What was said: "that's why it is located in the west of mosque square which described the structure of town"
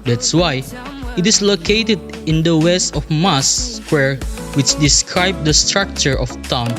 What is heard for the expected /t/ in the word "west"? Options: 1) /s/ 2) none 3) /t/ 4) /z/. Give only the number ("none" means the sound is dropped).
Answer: 3